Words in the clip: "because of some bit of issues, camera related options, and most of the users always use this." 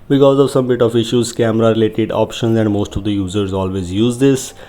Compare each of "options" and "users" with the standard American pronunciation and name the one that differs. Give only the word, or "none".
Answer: none